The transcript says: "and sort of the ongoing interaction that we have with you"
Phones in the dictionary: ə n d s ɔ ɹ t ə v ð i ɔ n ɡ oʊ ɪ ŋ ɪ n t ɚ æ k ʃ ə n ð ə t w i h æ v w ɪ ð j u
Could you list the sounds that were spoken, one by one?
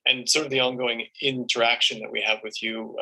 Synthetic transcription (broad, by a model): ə n s ɔ ɹ t ə v ð i ɔ n ɡ oʊ ɪ ŋ ɪ n t ɚ æ k ʃ ə n ð ə t w i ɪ v w ɪ ð j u